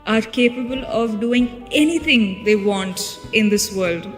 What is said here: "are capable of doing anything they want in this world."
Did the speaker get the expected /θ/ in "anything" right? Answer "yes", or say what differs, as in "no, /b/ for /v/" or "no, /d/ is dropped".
no, /t/ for /θ/